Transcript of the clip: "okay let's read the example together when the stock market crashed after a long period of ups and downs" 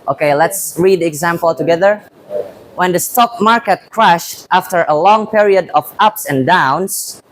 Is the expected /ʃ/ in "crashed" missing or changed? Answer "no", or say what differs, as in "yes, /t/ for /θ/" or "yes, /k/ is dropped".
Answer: no